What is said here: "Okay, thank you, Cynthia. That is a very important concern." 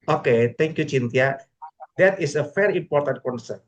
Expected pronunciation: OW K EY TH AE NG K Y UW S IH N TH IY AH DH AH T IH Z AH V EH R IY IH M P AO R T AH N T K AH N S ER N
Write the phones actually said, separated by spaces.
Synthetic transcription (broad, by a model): OW K EY T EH NG K Y UW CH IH N T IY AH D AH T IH S AH F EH R IY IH M P AO R T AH N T K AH N S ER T